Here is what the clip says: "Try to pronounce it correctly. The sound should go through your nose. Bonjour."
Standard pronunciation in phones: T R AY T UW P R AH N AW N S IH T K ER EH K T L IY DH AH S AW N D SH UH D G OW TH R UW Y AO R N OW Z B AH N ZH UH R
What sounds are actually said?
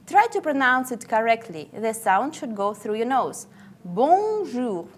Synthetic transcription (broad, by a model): T R AY T UW P R AH N AW N S IH T K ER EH K T L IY DH AH S AW N D SH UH D G OW TH R UW Y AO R N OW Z B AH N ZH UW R